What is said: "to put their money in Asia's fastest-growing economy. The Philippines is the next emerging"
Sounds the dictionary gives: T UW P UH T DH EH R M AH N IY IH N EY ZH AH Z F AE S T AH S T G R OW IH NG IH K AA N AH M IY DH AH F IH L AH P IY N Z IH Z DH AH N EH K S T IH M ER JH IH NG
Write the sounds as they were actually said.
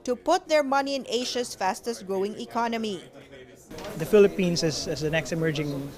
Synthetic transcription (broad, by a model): T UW P UH T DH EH R M AH N IY IH N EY SH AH S F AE S T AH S G R OW IH NG IH K AA N AH M IY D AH F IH L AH P IY N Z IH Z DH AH N EH K S T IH M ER JH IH NG